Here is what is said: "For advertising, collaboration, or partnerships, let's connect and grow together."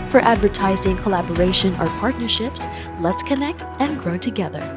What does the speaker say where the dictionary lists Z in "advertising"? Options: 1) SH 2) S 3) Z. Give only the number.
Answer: 3